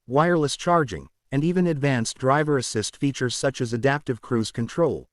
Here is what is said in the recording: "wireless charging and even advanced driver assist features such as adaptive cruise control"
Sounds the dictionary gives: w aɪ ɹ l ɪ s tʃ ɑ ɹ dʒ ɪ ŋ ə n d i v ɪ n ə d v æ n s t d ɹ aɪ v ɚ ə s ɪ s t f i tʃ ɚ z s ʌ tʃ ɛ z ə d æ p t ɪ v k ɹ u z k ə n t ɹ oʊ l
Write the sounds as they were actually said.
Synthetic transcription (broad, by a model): w aɪ ɹ l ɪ s tʃ ɑ ɹ dʒ ɪ ŋ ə n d i v ɪ n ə d v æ n s d ɹ aɪ v ɚ ə s ɪ s t f i tʃ ɚ z s ʌ tʃ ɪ z ə d æ p t ɪ v k ɹ u z k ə n t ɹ oʊ l